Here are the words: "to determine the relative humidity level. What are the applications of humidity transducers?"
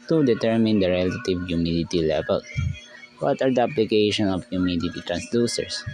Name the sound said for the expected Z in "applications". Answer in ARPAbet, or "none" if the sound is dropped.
none